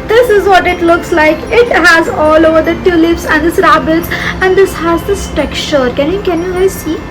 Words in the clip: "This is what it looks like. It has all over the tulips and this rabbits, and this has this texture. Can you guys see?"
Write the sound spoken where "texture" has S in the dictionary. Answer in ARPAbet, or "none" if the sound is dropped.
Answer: none